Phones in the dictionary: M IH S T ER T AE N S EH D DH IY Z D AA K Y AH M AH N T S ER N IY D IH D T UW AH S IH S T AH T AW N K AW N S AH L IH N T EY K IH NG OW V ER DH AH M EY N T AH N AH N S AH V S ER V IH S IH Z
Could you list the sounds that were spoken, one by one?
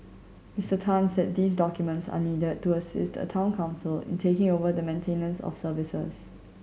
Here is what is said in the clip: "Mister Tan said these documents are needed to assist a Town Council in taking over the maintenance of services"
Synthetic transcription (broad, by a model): M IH S T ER T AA N S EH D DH IY S D AA K Y AH M AH N T S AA N IY D IH D T UW AH S IH S T AH T AW N K AW N S AH L IH N T EY K IH NG OW V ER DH AH M EY N T AH N AH N S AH F S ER V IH S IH S